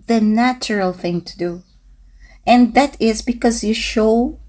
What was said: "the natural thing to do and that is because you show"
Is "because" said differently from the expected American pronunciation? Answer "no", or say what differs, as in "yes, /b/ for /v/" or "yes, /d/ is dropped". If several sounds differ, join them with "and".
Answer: no